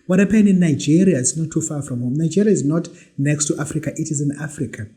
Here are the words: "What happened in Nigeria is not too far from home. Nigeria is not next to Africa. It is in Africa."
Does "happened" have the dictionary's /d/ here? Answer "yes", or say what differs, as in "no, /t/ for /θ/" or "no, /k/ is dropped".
no, /d/ is dropped